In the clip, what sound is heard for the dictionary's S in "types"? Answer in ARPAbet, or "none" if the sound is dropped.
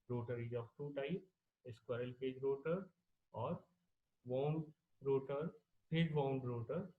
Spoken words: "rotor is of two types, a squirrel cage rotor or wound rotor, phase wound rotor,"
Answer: none